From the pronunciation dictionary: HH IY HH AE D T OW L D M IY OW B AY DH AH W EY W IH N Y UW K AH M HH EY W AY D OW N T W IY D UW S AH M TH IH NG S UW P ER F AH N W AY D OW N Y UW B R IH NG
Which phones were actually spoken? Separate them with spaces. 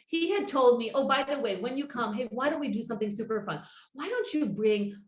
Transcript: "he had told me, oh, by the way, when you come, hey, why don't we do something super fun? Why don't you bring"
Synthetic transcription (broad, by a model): HH IY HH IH D T OW L D M IY OW B AY DH AH W EY W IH N Y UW K AH M HH EY W AY D OW N T W IY D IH S AH M TH IH NG S UW P ER F AH N W AY D OW N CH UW B R IH NG